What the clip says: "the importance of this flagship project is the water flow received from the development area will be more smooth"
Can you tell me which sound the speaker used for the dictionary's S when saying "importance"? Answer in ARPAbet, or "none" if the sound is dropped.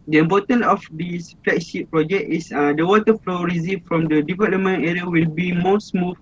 none